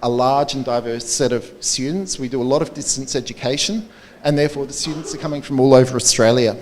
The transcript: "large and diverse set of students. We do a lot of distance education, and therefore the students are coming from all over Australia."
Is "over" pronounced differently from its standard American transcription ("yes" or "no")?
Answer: no